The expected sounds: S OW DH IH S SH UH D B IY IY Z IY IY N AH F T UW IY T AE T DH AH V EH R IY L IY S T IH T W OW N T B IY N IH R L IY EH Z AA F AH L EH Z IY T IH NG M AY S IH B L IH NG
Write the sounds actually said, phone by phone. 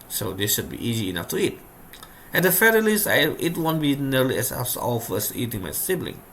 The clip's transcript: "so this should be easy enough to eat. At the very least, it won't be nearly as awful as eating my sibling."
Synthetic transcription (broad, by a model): S OW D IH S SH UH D B IY IY Z IY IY N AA F T UW IY T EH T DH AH F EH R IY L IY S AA IH T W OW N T B IY N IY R L IY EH S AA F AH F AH S IY T IH NG M AY S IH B L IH NG